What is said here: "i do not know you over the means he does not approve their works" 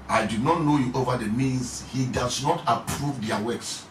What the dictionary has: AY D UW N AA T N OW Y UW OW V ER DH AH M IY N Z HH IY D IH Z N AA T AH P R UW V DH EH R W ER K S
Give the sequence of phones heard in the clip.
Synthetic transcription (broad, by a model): AY D UW N AA T N OW Y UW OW V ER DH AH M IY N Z HH IY D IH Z N AA T AH P R UW V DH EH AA W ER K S